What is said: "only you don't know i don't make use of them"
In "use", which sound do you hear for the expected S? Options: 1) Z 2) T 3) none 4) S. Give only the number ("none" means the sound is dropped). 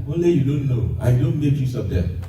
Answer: 4